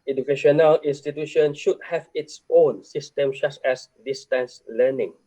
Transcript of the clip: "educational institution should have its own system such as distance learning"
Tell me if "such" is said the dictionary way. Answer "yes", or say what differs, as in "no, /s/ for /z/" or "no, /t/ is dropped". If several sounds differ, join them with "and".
no, /s/ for /tʃ/